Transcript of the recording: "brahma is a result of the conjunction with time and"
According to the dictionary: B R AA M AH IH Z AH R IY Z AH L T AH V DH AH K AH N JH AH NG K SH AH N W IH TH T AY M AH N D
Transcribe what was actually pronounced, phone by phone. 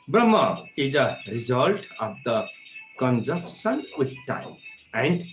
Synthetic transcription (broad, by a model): B R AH M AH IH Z AH R IY Z AH L T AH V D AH K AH N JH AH K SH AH N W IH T T AY M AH N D